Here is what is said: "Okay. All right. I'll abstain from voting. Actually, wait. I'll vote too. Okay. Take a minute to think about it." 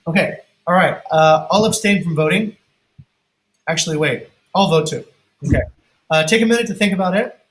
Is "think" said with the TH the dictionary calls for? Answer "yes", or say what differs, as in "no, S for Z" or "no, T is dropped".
yes